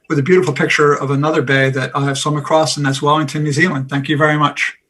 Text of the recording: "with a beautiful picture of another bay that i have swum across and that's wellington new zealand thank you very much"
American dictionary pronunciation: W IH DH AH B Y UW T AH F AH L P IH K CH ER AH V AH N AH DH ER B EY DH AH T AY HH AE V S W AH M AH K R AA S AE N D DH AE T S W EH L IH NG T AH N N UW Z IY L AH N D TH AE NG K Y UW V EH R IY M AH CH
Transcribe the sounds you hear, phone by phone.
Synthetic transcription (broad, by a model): W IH DH AH B Y UW T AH F L P IH K CH ER AH V AH N AH DH ER B EY DH AH T AY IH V S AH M AH K R AA S N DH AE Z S W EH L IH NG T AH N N UW Z IY L AH N D TH AE NG K Y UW V EH R IY M AH CH